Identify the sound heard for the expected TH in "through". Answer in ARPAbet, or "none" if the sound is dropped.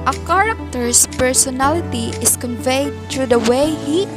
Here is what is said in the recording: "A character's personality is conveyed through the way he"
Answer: T